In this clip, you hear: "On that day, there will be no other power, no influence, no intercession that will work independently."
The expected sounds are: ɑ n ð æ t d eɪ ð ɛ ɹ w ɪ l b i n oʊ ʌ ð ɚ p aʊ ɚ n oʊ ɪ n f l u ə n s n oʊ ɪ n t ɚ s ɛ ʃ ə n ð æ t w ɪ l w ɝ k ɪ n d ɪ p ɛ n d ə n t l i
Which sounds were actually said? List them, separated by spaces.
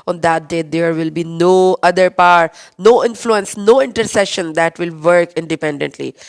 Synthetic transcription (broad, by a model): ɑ n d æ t d eɪ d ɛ ɹ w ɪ l b i n oʊ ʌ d ɚ p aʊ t n oʊ ɪ n f l u ə n s n oʊ ɪ n t ɚ s ɛ ʃ ə n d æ t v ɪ l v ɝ k ɪ n d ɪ p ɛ n d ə n t l i